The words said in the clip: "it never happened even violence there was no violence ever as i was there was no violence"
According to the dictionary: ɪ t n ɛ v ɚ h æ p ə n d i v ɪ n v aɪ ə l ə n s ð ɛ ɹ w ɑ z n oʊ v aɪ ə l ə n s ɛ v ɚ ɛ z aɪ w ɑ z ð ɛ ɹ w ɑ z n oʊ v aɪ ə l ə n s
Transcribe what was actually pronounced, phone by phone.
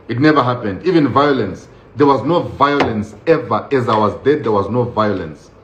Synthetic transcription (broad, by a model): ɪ t n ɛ v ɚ h æ p ə n d i v ɪ n v aɪ ə l ə n s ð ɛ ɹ w ɑ z n oʊ v aɪ ə l ə n s ɛ v ɚ ɛ z aɪ w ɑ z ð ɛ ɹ w ɑ z n oʊ v aɪ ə l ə n s